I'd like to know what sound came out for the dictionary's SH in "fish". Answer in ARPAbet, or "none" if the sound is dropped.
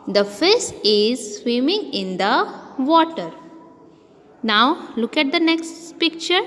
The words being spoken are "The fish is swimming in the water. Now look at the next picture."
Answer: S